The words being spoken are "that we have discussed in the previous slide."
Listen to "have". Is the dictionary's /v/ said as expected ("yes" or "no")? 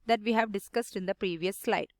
yes